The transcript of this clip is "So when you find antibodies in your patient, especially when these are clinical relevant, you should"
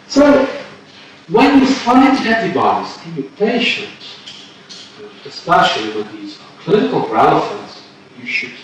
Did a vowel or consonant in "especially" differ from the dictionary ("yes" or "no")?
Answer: yes